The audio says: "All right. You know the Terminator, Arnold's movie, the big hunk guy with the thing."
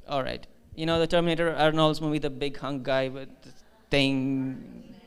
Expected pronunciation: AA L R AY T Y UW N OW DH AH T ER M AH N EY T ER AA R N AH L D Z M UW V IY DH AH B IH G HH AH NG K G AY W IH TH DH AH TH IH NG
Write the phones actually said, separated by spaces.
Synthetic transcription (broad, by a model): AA L R AY T Y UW N OW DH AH T ER M AH N EY T ER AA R N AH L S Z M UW B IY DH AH B IH G HH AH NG G AY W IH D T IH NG